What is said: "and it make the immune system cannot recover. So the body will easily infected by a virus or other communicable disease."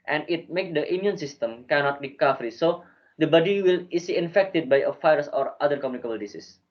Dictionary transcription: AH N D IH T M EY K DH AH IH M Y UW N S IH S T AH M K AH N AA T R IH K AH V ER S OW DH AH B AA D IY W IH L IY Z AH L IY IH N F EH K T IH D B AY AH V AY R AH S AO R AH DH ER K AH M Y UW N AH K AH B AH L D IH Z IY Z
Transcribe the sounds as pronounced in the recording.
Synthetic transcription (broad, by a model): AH N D IH T M EY K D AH IH M Y UW N S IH S T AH M K AH N AA T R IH K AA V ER S OW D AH B AA D IY W IH L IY S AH IY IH N F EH K T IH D B AY AH F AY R S AO R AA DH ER K AH M Y UW N AH K AH B AH L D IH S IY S